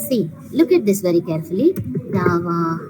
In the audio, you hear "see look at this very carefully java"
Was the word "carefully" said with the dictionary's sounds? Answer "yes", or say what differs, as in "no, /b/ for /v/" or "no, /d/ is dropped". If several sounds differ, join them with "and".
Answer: yes